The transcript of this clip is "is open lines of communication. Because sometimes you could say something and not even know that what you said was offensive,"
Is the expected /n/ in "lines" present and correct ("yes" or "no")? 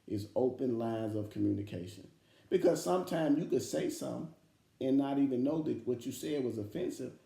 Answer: yes